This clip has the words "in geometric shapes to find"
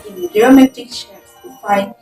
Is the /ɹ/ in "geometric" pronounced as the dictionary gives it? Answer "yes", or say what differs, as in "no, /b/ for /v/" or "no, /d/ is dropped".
no, /ɹ/ is dropped